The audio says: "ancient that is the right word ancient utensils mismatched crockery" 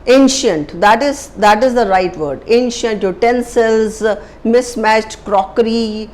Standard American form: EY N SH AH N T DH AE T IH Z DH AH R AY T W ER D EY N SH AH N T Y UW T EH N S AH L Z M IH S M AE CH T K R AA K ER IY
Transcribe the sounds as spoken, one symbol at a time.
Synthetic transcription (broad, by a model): EY N SH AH N T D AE T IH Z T AH R AY T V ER D EY N SH AH N T Y UW T EH N S AH L Z M IH S M AE CH T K R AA K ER IY